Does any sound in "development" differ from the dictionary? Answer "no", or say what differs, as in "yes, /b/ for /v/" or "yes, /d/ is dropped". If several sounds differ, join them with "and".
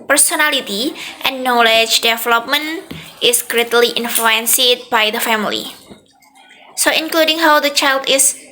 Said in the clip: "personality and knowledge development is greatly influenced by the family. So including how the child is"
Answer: no